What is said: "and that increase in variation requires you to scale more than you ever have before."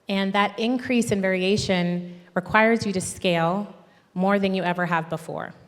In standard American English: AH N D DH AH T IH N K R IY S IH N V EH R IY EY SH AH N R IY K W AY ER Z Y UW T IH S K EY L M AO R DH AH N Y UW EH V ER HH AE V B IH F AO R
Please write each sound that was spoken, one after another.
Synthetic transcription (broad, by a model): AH N DH AH T IH N K R IY S IH N V EH R IY EY SH AH N R IY K W AY ER Z Y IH T IH S K EY L M AO R DH AH N Y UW EH V ER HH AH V B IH F AO R